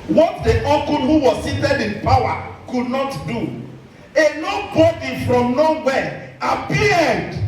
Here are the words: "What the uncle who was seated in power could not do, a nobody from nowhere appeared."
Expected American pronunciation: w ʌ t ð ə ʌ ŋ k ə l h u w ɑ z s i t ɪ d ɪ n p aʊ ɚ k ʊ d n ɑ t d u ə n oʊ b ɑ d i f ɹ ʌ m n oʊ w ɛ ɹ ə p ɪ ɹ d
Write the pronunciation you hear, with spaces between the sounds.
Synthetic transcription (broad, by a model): w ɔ t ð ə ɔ k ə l h u w ɑ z s i t ɪ d ɪ n p aʊ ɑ k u d n ɑ t d u ə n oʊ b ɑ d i f ɹ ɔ m n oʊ w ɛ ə p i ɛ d